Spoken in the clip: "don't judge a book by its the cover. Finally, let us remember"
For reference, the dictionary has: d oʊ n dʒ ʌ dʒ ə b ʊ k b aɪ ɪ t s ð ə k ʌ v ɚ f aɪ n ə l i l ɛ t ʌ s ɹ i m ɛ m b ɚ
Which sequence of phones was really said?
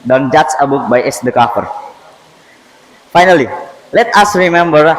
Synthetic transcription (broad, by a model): d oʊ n dʒ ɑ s ə b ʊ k b aɪ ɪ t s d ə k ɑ f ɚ f aɪ n ə l i l ɛ t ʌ s ɹ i m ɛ m b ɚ